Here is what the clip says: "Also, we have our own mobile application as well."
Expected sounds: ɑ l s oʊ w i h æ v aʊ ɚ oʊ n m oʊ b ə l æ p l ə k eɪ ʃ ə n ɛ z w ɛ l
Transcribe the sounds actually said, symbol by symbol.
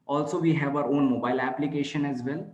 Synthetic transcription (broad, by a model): ɑ l s oʊ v i h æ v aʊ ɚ oʊ n m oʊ b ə l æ p l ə k eɪ ʃ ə n ɛ z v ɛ l